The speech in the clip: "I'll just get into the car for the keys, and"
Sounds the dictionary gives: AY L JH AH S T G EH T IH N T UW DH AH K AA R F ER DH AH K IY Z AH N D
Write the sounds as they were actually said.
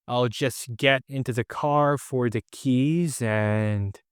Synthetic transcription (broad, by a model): AY L JH AH S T G EH T IH N T UW DH AH K AA R F ER DH AH K IY Z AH N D